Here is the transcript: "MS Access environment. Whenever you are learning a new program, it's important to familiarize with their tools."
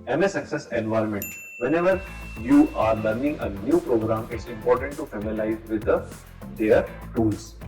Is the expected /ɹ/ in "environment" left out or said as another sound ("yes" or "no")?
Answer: yes